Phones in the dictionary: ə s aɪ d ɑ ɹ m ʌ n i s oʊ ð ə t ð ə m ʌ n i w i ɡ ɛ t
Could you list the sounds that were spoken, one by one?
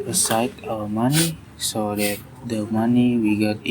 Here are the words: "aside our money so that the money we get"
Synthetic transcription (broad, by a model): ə s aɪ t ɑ w m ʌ n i s oʊ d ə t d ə m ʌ n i w i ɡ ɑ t